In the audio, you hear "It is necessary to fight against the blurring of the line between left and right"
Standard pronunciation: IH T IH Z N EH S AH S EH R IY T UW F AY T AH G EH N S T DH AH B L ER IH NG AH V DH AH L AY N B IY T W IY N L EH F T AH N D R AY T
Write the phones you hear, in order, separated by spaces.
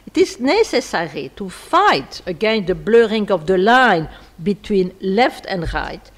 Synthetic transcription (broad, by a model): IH T IH Z N EH S AH S EH R IY T UW F AY T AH G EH N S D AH B L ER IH NG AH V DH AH L AY N B IY T W IY N L EH F T AH N D R AY T